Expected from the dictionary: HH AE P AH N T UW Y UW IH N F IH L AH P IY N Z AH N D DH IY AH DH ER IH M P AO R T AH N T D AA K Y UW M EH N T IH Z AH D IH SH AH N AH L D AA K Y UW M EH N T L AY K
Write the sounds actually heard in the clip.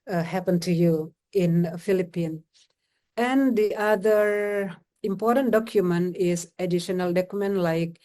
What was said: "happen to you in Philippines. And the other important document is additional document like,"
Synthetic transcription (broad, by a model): HH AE P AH N T UW Y UW IH N F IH L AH P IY N AH N D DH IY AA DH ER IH M P AO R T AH N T D AA K Y UW M EH N T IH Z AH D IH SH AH N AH L D AA K Y UW M EH N T L AY K